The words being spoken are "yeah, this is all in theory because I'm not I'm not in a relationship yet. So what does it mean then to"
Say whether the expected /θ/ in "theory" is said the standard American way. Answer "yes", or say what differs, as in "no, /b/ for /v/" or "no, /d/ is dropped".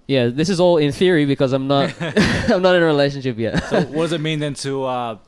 yes